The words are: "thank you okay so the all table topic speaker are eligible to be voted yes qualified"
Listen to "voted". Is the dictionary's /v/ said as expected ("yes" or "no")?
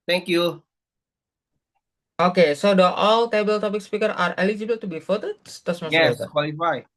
no